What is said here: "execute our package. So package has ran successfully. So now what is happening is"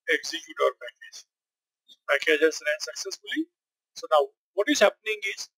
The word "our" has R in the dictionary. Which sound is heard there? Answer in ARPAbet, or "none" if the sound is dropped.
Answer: R